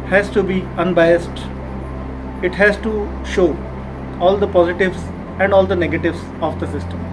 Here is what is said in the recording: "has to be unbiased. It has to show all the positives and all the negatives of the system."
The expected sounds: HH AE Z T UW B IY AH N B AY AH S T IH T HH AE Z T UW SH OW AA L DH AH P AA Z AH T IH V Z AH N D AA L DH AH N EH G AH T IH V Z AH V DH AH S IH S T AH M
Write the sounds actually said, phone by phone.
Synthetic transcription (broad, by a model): HH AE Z T UW B IY AH N B AY AH S T IH T HH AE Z T UW SH OW AA L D AH P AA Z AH T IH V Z AH N D AA L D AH N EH G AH T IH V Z AH V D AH S IH S T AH M